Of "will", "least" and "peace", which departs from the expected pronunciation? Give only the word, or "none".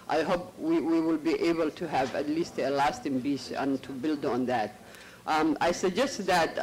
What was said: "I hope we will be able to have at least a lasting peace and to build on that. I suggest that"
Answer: peace